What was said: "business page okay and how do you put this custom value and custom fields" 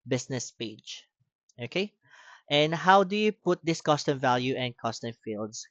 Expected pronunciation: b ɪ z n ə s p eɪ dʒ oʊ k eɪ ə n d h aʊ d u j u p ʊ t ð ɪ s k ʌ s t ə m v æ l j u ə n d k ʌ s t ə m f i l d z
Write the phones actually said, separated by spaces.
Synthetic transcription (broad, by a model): b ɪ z n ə s p eɪ dʒ oʊ k eɪ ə n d h aʊ d u j u p ʊ t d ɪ s k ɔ s t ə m v æ l j u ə n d k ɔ s t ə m f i l d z